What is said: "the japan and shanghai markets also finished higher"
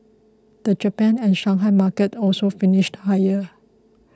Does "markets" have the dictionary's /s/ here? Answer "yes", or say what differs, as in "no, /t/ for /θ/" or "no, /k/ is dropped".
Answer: no, /s/ is dropped